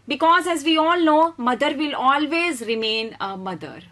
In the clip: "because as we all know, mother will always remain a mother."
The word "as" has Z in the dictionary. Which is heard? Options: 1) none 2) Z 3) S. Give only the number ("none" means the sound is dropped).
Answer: 2